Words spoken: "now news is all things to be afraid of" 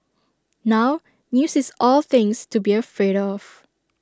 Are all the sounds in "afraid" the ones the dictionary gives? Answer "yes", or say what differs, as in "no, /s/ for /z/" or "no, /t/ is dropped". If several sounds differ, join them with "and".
yes